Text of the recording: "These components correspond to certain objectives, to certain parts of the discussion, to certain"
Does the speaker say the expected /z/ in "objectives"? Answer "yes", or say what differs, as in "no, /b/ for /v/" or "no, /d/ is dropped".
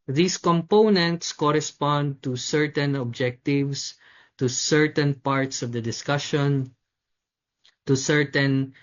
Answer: no, /s/ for /z/